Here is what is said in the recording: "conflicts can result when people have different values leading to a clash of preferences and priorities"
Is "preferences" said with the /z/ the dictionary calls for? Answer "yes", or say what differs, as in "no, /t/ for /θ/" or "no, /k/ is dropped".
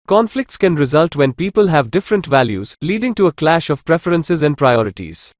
yes